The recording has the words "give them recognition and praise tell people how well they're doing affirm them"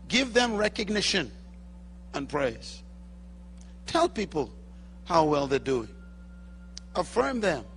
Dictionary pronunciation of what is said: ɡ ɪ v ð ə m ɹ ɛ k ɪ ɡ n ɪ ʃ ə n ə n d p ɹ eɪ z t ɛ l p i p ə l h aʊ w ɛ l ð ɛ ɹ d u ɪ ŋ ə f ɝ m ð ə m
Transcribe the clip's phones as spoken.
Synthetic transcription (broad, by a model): ɡ ɪ v ð ə m ɹ ɛ k ɪ ɡ n ɪ ʃ ə n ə n p ɹ eɪ z t ɛ l p i p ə l h aʊ w ɛ l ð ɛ d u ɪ ə f ɝ m ð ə m